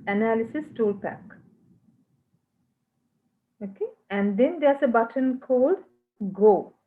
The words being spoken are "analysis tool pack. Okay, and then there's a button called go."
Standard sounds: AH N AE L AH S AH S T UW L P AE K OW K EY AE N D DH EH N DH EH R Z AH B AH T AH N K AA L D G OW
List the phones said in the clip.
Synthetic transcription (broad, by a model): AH N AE L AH S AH S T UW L P AE K OW K EY AE N D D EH N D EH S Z AH B AH T AH N K AA L D G OW